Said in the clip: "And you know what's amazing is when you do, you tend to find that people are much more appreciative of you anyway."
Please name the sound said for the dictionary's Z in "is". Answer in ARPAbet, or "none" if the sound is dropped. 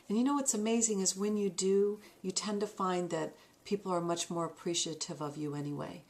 Z